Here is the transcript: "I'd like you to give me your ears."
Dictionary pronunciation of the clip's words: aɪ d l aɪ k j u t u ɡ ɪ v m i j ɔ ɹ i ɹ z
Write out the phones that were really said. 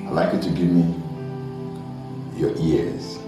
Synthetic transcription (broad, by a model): aɪ l aɪ k j u t u ɡ ɪ v m i j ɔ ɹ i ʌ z